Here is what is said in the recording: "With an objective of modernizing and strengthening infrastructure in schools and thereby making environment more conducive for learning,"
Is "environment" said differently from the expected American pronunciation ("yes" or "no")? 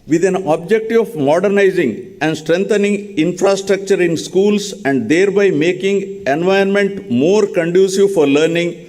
yes